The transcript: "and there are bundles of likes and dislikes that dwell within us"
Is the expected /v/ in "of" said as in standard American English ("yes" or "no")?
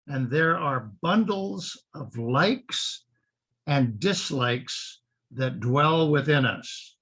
yes